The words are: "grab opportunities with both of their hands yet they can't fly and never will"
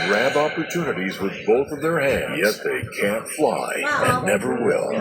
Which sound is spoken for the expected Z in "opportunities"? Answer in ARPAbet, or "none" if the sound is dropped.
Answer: Z